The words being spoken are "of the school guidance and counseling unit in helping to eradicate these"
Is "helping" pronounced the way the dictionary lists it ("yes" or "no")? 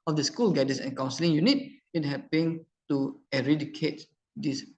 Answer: no